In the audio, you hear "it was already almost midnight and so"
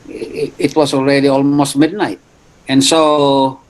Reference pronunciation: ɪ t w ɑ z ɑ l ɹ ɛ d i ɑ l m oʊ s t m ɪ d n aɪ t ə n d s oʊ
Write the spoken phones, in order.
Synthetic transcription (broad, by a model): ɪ t w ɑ s ɑ l ɹ ɛ d i ɑ l m oʊ s t m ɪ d n aɪ t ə n s oʊ